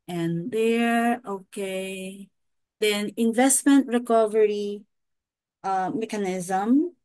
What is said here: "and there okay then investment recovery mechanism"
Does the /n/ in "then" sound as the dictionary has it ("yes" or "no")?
yes